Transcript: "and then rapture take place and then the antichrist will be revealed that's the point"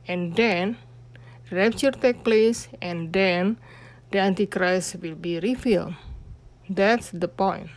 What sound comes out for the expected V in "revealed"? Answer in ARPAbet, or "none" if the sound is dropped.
F